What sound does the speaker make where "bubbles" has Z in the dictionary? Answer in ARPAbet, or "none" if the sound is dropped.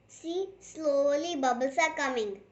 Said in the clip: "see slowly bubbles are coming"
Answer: S